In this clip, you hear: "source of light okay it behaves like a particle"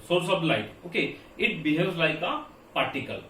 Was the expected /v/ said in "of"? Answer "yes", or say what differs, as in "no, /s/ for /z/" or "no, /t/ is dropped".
no, /b/ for /v/